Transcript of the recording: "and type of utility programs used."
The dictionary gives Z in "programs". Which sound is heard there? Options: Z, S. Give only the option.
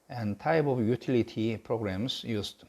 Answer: S